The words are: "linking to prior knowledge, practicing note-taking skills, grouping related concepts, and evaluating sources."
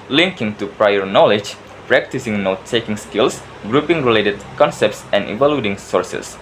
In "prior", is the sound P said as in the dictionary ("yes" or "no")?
yes